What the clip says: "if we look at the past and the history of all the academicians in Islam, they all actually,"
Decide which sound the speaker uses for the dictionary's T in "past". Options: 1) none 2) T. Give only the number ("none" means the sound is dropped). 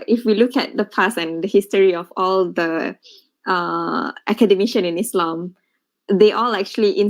1